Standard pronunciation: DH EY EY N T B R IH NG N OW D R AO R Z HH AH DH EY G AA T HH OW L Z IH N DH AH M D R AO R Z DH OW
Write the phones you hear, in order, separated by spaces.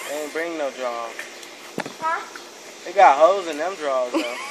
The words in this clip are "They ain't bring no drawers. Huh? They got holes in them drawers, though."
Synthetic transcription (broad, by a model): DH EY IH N B R IH NG N OW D R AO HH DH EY G AA T HH OW Z IH N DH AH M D R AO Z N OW